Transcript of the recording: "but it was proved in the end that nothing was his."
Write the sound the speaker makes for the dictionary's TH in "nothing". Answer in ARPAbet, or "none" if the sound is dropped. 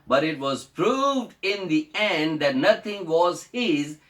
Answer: T